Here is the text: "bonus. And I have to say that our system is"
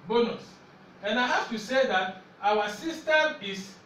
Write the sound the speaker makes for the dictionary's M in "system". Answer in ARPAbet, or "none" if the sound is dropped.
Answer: none